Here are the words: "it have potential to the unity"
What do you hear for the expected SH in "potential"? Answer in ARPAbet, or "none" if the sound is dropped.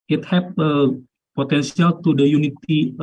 S